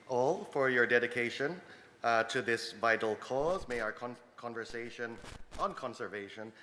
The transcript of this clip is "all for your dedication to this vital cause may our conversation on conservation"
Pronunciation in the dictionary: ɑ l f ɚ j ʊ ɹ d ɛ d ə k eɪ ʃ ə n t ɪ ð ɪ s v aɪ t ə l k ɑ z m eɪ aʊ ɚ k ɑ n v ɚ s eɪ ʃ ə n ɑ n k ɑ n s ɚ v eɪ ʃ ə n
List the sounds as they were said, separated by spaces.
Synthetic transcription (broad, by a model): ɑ l f ɚ j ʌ ɹ d ɛ d ə k eɪ ʃ ə n t ɪ ð ɪ s v aɪ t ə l k ɑ z m eɪ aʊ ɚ k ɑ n v ɚ s eɪ ʃ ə n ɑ n k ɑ n s ɚ v eɪ ʃ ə n